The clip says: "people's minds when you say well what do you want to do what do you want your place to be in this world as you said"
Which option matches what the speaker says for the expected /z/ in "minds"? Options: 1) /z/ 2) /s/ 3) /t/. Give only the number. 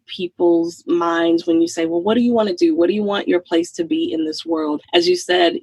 1